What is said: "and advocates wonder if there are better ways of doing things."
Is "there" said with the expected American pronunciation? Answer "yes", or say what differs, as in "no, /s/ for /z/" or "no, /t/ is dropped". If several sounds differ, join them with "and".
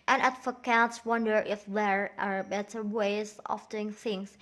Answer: yes